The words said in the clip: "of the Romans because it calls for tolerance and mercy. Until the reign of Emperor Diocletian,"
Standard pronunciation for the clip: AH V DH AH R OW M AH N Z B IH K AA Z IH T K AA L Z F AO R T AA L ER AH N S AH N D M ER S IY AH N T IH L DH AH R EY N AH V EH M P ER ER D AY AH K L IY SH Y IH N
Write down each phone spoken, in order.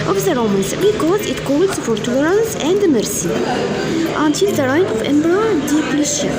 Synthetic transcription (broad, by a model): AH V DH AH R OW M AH N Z B IH K AA Z IH T K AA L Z F AO R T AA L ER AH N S AH N D M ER S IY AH N T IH L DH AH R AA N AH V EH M B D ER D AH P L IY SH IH